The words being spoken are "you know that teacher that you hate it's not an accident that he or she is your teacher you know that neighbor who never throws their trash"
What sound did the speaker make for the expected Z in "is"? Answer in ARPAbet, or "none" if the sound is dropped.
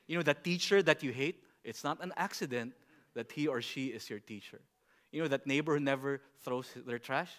S